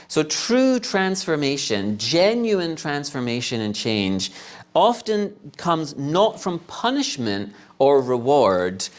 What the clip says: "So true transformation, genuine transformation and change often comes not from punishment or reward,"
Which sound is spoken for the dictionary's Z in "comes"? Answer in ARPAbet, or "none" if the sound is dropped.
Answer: Z